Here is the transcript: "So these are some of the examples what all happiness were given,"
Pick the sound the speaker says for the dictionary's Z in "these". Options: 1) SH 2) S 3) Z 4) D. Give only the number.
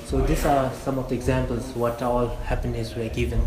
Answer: 2